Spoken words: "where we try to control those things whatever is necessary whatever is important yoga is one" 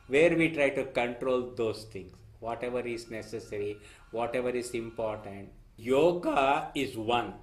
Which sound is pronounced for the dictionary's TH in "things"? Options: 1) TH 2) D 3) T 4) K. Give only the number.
3